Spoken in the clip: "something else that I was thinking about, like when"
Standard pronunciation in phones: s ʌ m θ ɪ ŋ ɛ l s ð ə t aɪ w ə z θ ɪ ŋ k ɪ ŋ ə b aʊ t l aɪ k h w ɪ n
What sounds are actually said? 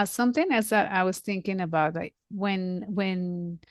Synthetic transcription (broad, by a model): s ʌ m θ ɪ ŋ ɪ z ð ə t aɪ w ə z θ ɪ ŋ k ɪ ŋ ə b aʊ t l aɪ k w w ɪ n